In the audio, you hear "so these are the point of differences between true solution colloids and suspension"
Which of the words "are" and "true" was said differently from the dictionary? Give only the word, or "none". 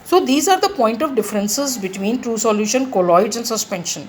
none